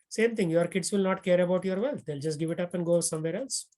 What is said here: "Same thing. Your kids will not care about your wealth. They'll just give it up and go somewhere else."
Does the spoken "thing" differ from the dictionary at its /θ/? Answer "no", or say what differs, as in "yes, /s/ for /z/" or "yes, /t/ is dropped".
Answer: yes, /t/ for /θ/